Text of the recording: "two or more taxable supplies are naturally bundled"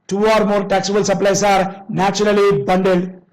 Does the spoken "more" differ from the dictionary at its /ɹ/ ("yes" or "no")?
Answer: no